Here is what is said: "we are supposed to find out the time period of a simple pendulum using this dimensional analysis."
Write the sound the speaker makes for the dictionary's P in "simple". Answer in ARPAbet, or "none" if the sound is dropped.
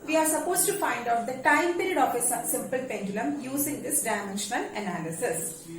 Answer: P